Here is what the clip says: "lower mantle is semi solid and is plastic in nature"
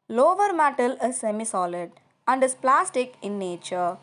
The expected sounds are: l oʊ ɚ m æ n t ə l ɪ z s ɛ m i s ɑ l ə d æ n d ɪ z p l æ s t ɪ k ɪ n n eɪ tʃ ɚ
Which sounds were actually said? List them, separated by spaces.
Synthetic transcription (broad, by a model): l oʊ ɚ m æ t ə l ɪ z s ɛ m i s ɑ l ə d æ n d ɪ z p l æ s t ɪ k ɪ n n eɪ tʃ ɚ